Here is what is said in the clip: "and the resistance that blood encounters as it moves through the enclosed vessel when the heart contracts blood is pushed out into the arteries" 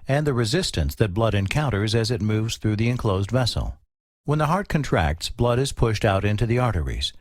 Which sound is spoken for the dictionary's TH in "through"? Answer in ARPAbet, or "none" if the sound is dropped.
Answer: TH